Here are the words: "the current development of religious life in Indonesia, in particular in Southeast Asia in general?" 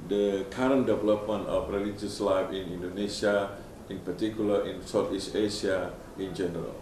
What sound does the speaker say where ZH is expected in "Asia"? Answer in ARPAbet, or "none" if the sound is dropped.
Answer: S